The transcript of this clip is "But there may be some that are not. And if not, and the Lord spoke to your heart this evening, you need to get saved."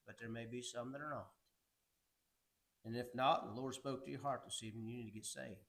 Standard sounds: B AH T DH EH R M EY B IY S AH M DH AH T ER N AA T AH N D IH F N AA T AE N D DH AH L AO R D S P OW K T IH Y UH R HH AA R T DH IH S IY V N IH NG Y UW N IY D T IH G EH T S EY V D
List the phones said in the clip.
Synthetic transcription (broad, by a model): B AH T DH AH R M EY B IY S AH M DH AH T ER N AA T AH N IH F N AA T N DH AH L AO R D S P OW K T IH Y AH R HH AA R T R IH S IY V IH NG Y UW N IY D T IH G EH T S EY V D